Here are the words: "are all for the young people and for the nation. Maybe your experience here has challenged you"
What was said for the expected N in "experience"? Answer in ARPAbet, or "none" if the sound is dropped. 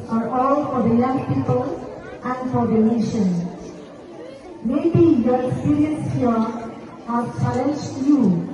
none